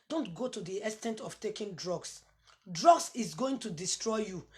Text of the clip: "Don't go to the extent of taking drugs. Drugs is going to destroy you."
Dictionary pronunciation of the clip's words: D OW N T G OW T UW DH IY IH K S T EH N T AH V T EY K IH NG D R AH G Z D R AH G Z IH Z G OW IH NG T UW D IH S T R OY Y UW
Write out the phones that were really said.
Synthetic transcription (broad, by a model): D OW N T G OW T UW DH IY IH S T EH N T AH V T EY K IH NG D R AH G S D R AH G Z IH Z G OW IH NG T UW D IH S T R OY Y UW